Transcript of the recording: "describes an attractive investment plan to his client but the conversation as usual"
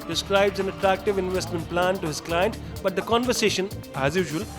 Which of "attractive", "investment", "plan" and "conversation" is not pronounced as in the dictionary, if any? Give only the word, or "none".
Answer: none